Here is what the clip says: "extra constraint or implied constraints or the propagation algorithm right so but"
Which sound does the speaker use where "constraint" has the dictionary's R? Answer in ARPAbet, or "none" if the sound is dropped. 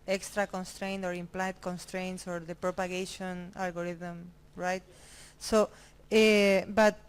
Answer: R